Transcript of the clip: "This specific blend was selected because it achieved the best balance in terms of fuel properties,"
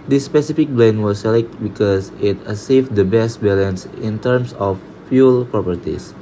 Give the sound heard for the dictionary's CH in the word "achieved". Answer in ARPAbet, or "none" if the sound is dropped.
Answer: S